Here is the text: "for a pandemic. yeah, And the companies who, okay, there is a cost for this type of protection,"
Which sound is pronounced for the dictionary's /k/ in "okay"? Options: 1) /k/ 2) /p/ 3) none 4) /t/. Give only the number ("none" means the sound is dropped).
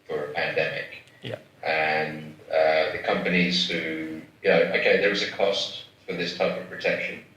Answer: 1